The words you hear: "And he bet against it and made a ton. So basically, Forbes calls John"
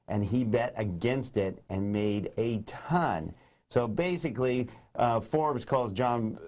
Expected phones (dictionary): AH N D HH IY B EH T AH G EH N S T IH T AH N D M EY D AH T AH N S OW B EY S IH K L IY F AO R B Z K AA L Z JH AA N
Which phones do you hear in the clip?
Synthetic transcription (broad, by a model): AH N IY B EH T AH G EH N S T IH T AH N M EY D AH T AH N S OW B EY S IH K L IY F AO R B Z K AA L Z JH AA N